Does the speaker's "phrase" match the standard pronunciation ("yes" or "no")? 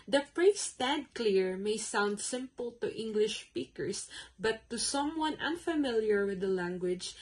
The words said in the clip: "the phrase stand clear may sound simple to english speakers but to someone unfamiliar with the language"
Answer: no